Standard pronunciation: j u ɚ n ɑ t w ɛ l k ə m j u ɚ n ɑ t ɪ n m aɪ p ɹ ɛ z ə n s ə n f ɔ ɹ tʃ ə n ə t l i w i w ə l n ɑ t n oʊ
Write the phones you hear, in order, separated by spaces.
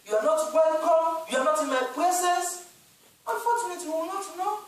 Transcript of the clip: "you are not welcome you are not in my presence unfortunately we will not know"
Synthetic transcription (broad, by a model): j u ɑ n ɑ t w ɛ l k ə m j u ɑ n ɑ t ɪ n m aɪ p l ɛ s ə s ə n f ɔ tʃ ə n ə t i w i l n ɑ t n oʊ